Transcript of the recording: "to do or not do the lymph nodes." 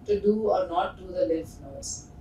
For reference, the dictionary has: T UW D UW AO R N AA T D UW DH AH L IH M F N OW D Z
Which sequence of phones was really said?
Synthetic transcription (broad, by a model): T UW D UW AO R N AA T D UW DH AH L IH F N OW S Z